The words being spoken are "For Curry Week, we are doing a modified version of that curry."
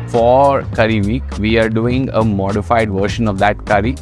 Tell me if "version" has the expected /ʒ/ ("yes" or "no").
no